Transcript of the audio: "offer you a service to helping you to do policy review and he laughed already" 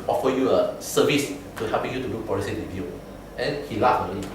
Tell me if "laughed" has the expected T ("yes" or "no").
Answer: no